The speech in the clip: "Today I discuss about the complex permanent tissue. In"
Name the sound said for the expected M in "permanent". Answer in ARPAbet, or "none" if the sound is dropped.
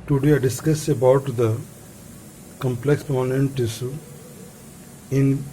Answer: none